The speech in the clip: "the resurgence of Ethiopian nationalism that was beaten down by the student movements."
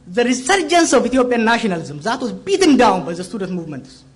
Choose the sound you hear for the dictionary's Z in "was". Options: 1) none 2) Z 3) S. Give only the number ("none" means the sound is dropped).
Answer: 3